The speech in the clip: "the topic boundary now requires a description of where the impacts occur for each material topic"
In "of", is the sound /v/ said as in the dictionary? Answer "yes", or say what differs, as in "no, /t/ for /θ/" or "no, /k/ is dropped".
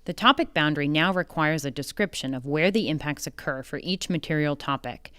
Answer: yes